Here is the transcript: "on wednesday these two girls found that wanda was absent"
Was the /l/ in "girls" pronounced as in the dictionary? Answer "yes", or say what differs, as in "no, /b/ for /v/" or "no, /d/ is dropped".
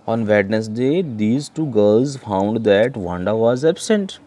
yes